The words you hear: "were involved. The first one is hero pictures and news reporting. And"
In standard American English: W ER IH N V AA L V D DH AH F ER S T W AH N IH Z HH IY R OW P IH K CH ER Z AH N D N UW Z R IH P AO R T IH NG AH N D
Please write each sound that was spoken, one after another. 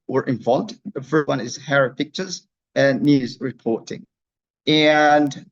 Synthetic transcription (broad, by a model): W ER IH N V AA L V D DH AH F ER S T W AH N IH Z HH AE R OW P IH K CH ER Z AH N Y UW Z R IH P AO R T IH NG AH N